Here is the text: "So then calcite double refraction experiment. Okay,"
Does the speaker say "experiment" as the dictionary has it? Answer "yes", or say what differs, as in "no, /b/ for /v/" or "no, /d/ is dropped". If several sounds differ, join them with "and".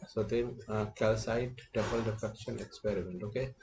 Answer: yes